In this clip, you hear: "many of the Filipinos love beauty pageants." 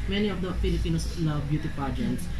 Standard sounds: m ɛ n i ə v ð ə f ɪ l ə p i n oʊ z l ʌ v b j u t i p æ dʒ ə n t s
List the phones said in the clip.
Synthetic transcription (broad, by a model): m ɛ n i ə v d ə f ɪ l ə p i n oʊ s l ʌ v b j u t i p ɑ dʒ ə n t s